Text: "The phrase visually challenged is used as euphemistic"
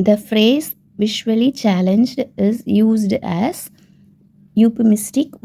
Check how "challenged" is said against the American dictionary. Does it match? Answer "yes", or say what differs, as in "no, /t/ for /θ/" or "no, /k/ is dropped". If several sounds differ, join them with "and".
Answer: yes